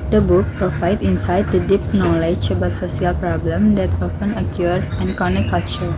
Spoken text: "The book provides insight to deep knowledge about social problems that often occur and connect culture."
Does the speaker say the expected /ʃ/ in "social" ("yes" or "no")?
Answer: no